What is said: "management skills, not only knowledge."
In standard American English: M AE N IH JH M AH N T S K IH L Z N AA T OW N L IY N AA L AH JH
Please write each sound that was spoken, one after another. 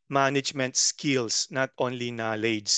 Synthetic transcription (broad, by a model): M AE N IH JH M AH N T S K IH L S N AA T OW N L IY N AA L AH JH